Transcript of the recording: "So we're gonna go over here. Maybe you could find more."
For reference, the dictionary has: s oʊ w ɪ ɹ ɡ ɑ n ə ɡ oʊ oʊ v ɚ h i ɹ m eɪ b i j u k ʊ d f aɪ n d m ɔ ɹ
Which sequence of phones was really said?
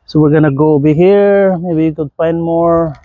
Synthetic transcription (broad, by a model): s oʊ w ɪ ɹ ɡ ɑ n ə ɡ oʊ oʊ b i h i ɹ m eɪ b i j u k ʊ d f aɪ n d m ɔ ɹ